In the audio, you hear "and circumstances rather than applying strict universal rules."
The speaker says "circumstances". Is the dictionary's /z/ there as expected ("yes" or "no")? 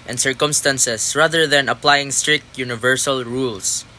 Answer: no